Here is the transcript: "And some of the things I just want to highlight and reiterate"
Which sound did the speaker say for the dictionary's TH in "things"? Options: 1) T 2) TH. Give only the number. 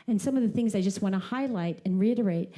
2